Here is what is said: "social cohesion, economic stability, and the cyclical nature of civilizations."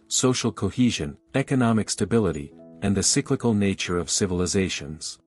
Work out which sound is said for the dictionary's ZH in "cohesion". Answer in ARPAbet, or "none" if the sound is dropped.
ZH